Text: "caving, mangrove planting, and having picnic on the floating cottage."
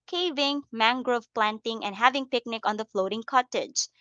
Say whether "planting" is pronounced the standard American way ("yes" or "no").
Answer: yes